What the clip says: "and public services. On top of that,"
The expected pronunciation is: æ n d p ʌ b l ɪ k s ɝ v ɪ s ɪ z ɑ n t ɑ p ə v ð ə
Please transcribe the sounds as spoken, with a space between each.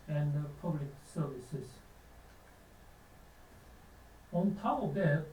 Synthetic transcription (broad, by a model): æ n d p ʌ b l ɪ k s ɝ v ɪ s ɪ s ɑ n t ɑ ə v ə